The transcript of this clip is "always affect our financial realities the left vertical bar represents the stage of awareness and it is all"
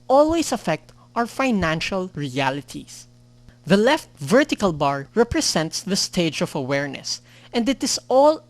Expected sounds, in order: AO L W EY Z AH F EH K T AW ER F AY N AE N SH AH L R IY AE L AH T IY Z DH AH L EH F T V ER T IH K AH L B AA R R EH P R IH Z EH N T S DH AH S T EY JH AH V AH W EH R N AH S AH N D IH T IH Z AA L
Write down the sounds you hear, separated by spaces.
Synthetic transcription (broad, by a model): AO L W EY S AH F EH K T AW ER F AY N AE N SH AH L R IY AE L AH T IY S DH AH L EH F T V ER T IH K AH L B AA R R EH P R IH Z EH N T S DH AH S T EY JH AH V AH W EH R N AH S AH N D IH T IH S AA L